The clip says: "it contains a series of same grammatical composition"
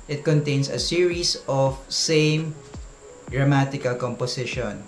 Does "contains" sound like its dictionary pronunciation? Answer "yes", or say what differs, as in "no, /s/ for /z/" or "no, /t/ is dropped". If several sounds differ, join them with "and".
no, /s/ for /z/